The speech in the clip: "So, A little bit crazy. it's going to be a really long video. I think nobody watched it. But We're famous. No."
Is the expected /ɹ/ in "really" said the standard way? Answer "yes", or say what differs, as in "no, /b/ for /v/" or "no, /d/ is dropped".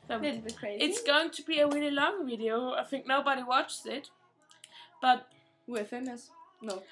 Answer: no, /w/ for /ɹ/